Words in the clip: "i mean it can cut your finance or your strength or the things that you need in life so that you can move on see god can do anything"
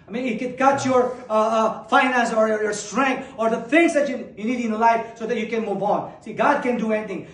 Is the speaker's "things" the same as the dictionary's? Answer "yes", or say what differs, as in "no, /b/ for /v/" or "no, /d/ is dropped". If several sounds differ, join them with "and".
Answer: no, /f/ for /θ/